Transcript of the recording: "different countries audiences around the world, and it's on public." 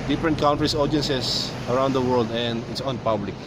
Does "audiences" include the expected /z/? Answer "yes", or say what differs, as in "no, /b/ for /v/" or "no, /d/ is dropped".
no, /s/ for /z/